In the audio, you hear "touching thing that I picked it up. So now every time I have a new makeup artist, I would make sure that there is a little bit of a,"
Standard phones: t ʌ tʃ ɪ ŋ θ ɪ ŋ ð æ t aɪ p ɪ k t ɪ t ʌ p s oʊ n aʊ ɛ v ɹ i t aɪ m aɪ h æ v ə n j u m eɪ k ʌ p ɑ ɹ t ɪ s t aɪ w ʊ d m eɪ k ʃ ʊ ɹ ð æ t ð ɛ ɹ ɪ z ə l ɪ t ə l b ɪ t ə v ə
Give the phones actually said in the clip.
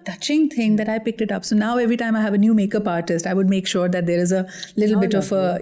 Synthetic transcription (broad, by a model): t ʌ tʃ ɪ ŋ t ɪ ŋ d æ t aɪ p ɪ k t ɪ t ʌ p s oʊ n aʊ ɛ v ɹ i t aɪ m aɪ h æ v ə n j u m eɪ k ʌ p ɑ ɹ t ɪ s t aɪ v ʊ d m eɪ k ʃ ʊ ɹ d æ t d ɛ ɹ ɪ z ə l ɪ t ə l b ɪ t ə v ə